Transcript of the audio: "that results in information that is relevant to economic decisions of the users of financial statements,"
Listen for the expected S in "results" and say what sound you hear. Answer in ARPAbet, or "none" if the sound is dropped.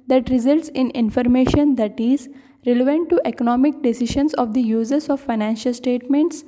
S